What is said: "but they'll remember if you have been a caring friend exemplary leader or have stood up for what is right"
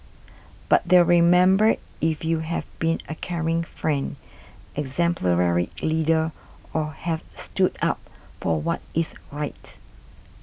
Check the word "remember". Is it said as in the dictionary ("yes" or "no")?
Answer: yes